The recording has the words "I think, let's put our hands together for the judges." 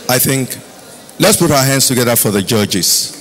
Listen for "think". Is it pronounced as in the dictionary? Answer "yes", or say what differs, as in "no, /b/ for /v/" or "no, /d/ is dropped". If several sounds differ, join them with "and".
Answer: yes